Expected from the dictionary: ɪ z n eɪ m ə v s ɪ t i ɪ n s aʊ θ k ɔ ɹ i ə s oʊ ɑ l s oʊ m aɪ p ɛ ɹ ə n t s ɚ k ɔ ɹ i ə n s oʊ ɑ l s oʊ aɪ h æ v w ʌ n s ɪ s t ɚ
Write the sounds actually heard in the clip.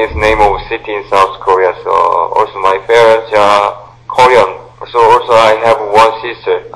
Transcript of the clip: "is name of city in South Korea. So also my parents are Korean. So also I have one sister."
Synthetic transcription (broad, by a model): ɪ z n eɪ m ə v s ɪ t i ɪ n s aʊ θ k ɔ ɹ i ə s oʊ ɑ l s oʊ m aɪ f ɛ ɹ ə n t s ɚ k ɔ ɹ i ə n s oʊ ɑ l s oʊ aɪ h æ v w ʌ n s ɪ s t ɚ